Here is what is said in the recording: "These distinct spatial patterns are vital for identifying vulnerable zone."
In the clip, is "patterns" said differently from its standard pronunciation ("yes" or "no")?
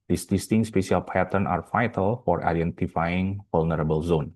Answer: yes